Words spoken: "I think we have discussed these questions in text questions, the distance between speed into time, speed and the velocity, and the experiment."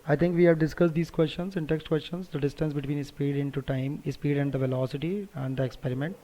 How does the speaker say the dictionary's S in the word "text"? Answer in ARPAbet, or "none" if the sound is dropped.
S